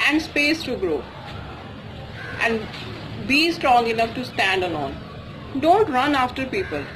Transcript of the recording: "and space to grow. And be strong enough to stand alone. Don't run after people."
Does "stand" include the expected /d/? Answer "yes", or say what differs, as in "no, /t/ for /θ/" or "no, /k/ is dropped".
yes